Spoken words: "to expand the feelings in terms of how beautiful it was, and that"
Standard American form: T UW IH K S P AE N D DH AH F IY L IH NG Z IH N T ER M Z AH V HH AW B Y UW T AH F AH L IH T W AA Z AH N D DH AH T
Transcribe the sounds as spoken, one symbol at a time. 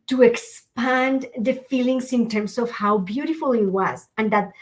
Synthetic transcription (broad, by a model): T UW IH K S P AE N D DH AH F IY L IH NG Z IH N T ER M S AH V HH AW B Y UW T AH F AH L IH T W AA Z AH N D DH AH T